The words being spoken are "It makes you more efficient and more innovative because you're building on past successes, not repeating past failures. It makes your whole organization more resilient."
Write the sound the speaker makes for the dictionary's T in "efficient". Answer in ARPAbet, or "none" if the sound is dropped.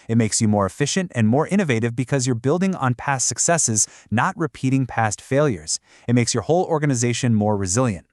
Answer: T